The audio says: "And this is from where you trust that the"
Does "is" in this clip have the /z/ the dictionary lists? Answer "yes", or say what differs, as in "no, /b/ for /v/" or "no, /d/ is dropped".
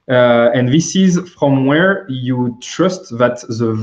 yes